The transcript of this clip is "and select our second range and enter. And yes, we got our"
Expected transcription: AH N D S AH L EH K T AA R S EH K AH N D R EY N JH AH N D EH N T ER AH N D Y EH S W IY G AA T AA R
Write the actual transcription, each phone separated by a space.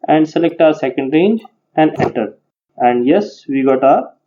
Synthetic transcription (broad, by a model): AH N D S AH L EH K T AA R S EH K AH N D R EY N JH AH N D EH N T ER AH N D Y EH S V IY G AA T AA R